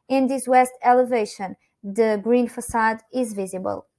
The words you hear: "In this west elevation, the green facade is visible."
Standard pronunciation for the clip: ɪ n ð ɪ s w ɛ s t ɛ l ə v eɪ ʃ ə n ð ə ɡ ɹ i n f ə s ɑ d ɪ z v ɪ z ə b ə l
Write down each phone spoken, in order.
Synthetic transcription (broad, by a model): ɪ n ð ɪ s w ɛ s t ɛ l ə v eɪ ʃ ə n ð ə ɡ ɹ i n f ə s ɑ d ɪ z v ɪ z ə b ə l